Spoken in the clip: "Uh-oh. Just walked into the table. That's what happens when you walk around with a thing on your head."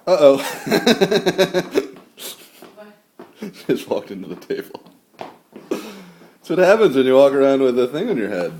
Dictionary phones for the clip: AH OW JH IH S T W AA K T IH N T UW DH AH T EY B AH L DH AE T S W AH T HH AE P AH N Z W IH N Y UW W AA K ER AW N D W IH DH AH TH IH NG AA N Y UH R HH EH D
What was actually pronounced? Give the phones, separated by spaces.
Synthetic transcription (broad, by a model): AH OW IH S W AA K T IH N T UW DH AH T EY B L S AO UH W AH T HH AE P AH N Z W IH N Y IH W AA K ER AW N D W IH DH AH TH IH NG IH N Y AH R HH EH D